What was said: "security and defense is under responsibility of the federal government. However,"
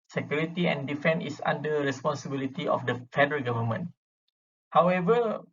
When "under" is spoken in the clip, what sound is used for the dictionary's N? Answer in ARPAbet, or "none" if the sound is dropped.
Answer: none